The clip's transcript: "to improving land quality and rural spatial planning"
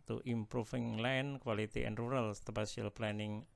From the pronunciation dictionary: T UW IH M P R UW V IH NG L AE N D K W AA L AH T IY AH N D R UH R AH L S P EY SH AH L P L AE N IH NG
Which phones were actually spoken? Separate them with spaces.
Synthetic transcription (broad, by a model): T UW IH M P R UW F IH NG L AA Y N K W AA L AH T IY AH N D R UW R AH L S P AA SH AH L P L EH N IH NG